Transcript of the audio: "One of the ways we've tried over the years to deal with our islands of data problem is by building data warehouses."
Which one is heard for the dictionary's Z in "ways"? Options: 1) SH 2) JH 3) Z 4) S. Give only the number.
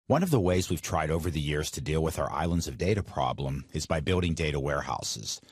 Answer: 3